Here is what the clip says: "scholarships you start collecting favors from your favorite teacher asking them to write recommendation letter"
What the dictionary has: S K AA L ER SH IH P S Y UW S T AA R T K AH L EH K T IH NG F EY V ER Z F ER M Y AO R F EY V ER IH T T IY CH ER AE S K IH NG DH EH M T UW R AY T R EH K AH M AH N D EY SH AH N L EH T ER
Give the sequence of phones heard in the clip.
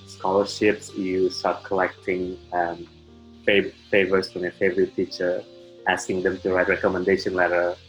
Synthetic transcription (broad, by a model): S K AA L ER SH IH P S Y UW S T AA R T K AH L EH K T IH NG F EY F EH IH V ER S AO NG F EY V ER IH T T IY CH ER AE S K IH NG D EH M T UW R AY T R EH K AH M AH N D EY SH AH N L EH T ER